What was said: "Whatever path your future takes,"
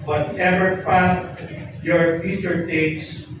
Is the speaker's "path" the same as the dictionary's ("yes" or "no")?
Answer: no